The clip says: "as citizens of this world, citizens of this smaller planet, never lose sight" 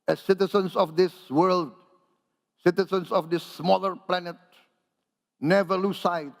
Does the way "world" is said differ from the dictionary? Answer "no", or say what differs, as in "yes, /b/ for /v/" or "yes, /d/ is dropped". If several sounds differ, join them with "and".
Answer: no